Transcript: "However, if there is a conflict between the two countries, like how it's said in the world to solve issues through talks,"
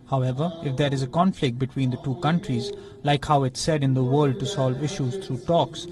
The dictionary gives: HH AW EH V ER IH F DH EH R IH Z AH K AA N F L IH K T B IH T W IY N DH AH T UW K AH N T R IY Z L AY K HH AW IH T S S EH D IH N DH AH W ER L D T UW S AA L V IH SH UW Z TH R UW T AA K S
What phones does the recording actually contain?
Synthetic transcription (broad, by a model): HH AW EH V ER IH F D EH R IH Z AH K AA N F L IH K T B IH T W IY N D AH T UW K AH N T R IY Z L AY K HH AW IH T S S EH D IH N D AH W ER L D T UW S AA L V IH SH UW Z T R UW T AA K S